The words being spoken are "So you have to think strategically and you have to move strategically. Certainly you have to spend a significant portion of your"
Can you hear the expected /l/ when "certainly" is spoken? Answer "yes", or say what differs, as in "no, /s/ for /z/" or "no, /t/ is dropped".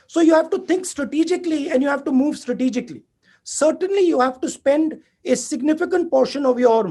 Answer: yes